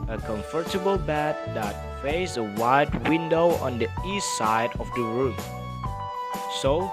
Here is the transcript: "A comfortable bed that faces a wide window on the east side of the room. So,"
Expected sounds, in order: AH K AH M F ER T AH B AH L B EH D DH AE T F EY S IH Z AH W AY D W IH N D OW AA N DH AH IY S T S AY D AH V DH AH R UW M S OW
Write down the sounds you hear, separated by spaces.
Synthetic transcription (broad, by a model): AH K AH M F ER T AH B AH L B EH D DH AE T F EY IH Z AH W AY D W IH N D OW AA N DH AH IY S T S AY D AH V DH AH R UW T S OW